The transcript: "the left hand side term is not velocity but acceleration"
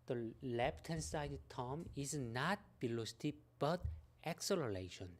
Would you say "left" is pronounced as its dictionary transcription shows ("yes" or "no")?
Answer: no